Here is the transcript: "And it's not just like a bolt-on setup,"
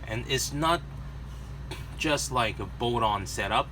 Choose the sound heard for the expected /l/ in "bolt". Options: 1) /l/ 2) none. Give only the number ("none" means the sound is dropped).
2